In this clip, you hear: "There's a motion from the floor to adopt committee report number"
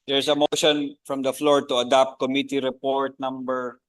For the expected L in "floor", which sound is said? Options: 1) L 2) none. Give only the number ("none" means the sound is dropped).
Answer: 1